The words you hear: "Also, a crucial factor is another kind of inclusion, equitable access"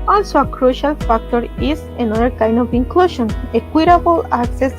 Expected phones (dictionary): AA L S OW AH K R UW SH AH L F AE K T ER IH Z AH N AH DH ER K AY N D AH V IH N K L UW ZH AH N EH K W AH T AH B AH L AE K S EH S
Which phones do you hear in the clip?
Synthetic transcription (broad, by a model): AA L S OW AH K R UW SH AH L F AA K T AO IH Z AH N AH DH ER K AY N D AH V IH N K L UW SH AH N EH K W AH T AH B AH L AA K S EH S